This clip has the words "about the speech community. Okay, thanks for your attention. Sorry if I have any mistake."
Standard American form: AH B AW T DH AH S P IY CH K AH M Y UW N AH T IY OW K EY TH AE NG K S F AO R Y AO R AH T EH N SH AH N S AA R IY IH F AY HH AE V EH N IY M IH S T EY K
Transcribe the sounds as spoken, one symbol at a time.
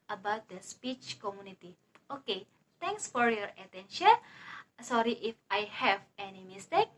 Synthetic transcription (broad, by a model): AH B AW T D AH S P IY CH K AH M Y UW N AH T IY OW K EY T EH NG K S F AO R Y AO R AH T EH N SH AH N S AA R IY IH F AY HH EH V EH N IY M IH S T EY K